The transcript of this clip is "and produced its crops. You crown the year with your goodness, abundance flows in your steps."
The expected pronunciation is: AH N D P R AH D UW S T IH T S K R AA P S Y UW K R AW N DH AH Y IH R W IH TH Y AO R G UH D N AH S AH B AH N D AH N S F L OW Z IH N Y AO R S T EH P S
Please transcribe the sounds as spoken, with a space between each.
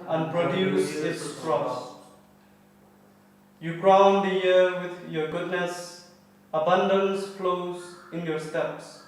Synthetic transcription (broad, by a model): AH N P R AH D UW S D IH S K R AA S Y UW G R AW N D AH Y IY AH W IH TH Y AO G UH D N AH S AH B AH N D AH N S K L OW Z IH N Y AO S T EH P S